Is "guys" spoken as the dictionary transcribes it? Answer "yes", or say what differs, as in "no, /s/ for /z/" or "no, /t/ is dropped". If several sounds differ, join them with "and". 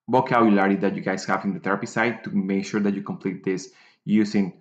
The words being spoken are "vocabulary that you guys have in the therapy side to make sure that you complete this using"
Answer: no, /s/ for /z/